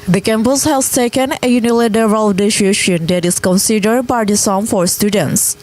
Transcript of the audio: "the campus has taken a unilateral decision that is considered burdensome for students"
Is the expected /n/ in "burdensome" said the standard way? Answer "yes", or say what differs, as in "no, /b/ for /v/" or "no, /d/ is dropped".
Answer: no, /n/ is dropped